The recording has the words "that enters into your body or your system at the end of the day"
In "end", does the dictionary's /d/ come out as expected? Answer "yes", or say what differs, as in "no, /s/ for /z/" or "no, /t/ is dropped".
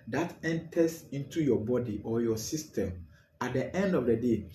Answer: yes